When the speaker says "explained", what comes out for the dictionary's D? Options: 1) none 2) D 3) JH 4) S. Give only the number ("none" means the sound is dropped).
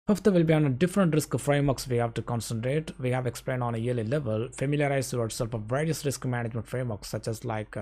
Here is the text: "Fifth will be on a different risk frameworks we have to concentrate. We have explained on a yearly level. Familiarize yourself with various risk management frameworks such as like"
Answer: 2